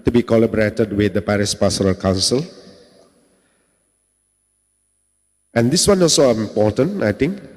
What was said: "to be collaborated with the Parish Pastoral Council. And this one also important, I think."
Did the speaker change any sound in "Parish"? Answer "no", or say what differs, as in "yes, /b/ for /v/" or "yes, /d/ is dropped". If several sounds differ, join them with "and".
yes, /s/ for /ʃ/